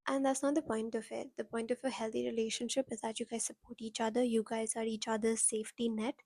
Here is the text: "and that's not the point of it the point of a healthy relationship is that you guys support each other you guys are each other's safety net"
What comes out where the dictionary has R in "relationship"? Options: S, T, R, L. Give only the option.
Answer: R